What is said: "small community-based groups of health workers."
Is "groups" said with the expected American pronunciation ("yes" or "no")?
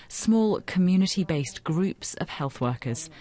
yes